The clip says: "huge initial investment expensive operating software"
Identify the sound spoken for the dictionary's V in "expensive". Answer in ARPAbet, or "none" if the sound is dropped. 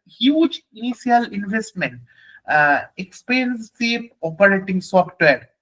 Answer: P